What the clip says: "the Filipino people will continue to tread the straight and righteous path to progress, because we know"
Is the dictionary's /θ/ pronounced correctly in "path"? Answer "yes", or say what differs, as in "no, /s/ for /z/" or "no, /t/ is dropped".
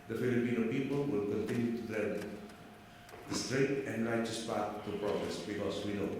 no, /t/ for /θ/